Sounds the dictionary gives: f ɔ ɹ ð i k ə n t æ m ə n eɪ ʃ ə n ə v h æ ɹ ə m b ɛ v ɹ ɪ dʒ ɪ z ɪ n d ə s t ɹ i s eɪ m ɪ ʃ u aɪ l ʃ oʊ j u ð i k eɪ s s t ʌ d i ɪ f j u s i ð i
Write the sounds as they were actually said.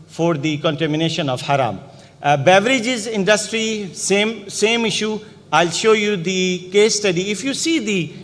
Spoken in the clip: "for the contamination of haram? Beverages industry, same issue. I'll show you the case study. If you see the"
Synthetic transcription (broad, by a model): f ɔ ɹ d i k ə n t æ m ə n eɪ ʃ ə n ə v h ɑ ɹ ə m b ɛ v ɹ ɪ dʒ ɪ z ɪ n d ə s t ɹ i s eɪ m ɪ ʃ u aɪ l ʃ oʊ j u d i k eɪ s s t ʌ d i ɪ f j u s i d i